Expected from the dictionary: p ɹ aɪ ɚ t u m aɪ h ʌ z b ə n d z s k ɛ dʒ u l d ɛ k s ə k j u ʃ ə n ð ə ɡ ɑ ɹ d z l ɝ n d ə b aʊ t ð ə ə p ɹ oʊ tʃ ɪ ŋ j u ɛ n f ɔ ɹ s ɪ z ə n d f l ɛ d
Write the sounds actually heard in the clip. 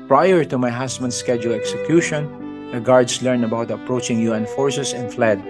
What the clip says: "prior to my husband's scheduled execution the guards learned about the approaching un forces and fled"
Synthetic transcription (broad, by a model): p ɹ aɪ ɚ t u m aɪ h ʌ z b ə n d s k ɛ dʒ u l ɛ k s ə k j u ʃ ə n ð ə ɡ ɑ ɹ d s l ɝ n ə b aʊ t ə ə p ɹ oʊ tʃ ɪ ŋ j u ɛ n f ɔ ɹ s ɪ s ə n f l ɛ d